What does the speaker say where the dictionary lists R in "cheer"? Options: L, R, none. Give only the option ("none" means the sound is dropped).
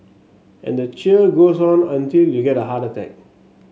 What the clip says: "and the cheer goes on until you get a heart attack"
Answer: L